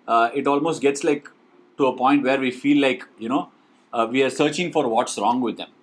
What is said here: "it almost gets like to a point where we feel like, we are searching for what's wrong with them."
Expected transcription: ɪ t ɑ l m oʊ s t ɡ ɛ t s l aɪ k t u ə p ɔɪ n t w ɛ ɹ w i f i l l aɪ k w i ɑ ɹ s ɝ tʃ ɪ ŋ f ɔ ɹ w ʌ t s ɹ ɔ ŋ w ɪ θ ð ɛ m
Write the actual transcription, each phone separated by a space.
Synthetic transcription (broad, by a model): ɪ t ɑ l m oʊ s t ɡ ɛ t s l aɪ k t u ə p ɔɪ n t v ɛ ɹ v i f i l l aɪ k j i ɑ ɹ s ɝ tʃ ɪ ŋ f ɔ ɹ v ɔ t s ɹ ɔ ŋ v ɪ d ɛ m